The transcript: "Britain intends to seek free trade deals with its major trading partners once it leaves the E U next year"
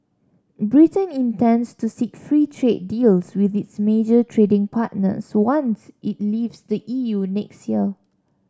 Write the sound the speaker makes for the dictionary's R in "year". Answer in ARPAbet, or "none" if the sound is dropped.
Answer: L